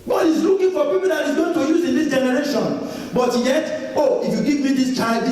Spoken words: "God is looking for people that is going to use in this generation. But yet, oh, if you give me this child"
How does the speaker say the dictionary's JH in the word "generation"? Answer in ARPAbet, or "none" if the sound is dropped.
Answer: JH